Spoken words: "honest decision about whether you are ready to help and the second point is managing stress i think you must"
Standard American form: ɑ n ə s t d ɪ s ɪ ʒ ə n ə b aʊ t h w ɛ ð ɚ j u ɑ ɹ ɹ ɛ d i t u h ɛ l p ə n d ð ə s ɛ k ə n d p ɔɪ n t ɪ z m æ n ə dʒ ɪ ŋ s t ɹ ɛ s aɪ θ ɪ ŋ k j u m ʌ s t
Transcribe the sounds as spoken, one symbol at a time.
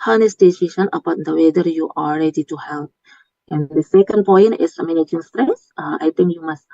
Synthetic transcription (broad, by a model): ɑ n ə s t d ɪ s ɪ ʃ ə n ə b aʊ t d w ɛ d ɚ j u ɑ l ɹ ɛ d i t u h ɛ l p ə n d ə s ɛ k ə n d p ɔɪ n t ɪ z m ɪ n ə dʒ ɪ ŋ s t ɹ ɛ s aɪ t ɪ ŋ k j u m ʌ s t